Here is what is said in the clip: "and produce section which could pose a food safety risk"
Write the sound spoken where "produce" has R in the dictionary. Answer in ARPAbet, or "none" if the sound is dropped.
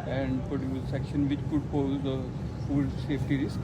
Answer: none